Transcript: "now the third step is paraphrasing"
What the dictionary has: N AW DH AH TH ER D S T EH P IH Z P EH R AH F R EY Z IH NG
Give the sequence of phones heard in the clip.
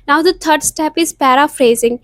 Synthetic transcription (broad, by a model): N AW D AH T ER D S T EH P IH Z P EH R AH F R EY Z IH NG